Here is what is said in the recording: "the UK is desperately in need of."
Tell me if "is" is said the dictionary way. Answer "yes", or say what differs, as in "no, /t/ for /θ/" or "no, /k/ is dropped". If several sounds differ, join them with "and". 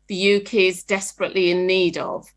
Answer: yes